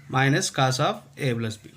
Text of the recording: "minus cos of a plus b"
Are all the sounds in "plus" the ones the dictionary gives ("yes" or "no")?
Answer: no